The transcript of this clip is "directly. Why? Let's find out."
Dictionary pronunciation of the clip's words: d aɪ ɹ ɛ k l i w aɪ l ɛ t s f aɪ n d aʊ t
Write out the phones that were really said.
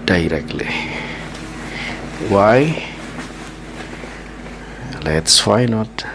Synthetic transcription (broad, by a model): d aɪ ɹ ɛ k l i w aɪ l ɛ t s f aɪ n ɔ t